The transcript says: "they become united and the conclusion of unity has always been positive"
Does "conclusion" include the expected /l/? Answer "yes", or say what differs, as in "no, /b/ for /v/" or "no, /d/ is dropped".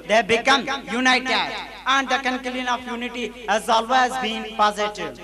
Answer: no, /l/ is dropped